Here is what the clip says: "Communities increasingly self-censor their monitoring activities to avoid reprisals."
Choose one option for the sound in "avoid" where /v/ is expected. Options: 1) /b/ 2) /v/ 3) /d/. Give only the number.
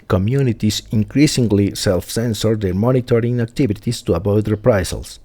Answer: 1